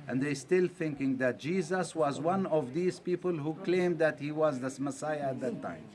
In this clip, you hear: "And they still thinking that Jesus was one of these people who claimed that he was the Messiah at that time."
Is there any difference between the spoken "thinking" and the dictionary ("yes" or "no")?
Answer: no